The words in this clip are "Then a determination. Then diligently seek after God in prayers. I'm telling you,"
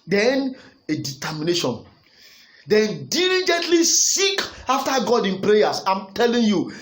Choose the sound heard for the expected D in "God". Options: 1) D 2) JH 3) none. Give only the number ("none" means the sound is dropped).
1